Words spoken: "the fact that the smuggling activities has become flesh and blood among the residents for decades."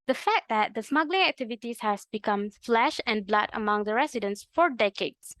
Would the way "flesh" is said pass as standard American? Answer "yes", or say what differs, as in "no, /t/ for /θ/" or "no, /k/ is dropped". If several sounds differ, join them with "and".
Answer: yes